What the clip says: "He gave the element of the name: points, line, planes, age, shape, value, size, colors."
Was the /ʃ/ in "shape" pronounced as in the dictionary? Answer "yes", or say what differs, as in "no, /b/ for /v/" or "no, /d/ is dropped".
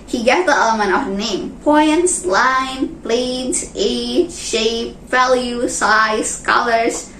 yes